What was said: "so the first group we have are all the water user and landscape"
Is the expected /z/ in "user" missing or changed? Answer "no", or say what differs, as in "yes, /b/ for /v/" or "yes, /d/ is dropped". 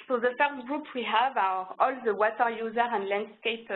no